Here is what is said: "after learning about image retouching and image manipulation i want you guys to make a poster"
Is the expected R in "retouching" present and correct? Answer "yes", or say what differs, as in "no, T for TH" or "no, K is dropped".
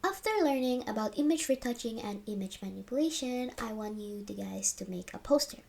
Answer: yes